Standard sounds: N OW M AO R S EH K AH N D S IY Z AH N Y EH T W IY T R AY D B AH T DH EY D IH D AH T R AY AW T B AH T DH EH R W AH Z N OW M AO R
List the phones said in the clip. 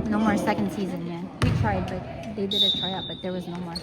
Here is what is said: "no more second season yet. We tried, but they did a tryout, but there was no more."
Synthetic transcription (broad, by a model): N OW M AO R S EH K AH N D S IY Z AH N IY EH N W IY T R AY D B AH T DH EY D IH D AH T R AY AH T B AH T DH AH R W AH Z N OW M AO R